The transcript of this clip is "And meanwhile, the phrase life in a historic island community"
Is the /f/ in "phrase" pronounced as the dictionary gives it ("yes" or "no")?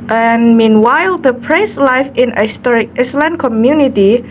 no